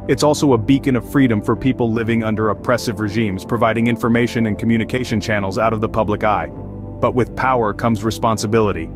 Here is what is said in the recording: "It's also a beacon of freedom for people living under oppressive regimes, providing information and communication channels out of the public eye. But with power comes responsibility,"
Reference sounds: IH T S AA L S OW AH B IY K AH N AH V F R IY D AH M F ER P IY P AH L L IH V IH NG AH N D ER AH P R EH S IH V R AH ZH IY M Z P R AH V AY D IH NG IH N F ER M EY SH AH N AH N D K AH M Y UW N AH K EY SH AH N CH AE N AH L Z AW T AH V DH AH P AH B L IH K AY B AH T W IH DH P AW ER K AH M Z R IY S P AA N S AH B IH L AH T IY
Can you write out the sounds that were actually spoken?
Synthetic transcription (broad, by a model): IH T S AA L S OW AH B IY K AH N AH V F R IY D AH M F ER P IY P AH L L IH V IH NG AH N D ER AH P R EH S IH V R AH ZH IY M Z P R AH V AY D IH NG IH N F ER M EY SH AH N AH N K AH M Y UW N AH K EY SH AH N CH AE N L Z AW T AH V DH AH P AH B L IH K AY B AH T W IH DH P AW ER K AH M Z R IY S P AA N S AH B IH L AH T IY